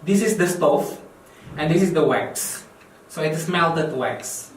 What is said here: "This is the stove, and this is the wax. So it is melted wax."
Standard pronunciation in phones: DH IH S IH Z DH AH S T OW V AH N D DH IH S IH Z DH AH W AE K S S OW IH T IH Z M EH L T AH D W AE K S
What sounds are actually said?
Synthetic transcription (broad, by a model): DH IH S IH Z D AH S T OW F AH N D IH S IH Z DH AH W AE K S S OW IH T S M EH L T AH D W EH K S